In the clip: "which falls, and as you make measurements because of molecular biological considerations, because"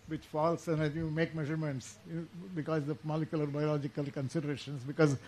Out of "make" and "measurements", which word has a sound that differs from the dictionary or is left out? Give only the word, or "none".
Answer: none